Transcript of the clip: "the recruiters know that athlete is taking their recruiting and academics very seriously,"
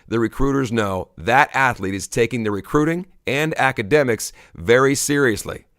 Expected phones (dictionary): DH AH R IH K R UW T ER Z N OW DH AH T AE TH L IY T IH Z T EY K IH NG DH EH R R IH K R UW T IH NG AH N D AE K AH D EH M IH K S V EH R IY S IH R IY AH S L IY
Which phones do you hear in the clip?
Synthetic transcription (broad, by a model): DH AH R IH K R UW T ER Z N OW DH AH T AE TH L IY T IH Z T EY K IH NG DH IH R R IH K R UW T IH NG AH N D AE K AH D EH M IH K S V EH R IY S IH R IY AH S L IY